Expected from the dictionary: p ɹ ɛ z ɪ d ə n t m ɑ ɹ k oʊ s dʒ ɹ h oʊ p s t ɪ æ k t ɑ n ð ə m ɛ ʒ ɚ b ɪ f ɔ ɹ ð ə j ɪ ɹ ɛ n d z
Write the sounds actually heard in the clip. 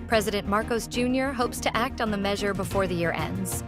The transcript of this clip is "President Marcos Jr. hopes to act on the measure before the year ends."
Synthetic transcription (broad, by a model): p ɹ ɛ z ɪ d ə n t m ɑ ɹ k oʊ s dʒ ɹ h oʊ p s t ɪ æ k t n ð ə m ɛ ʒ ɚ b ɪ f ɔ ɹ ð ə j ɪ ɹ ɛ n d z